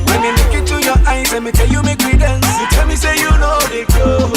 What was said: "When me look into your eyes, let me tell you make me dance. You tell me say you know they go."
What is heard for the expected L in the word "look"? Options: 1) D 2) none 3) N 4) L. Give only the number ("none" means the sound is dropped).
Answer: 3